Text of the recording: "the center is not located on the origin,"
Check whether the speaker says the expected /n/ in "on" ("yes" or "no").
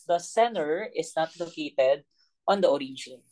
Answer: yes